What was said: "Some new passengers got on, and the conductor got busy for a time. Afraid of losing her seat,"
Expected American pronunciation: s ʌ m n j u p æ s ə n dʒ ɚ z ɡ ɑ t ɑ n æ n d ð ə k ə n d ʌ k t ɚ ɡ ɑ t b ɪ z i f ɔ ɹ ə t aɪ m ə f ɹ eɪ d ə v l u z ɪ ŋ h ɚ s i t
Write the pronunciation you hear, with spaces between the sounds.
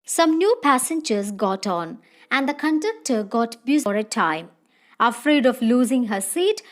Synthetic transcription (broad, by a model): s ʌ m n j u p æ s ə n dʒ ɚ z ɡ ɑ t ɑ n æ n d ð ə k ə n d ʌ k t ɚ ɡ ɑ t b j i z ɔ ɹ ə t aɪ m ə f ɹ eɪ d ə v l u z ɪ ŋ h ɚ s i t